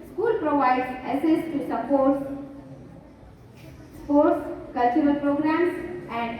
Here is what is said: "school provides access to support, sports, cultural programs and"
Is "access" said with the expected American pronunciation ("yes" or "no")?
no